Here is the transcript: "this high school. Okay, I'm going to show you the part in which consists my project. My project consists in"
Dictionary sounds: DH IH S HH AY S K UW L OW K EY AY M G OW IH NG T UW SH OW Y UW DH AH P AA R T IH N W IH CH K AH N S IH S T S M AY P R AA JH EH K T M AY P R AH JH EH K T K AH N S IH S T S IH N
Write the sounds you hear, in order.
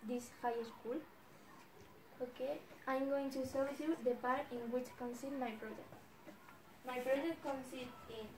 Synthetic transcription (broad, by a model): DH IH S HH AY S K UW L OW K EY AY M G OW IH NG T UW S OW Y UW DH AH P AA R T IH N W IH CH K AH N S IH T M AY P R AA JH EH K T M AY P R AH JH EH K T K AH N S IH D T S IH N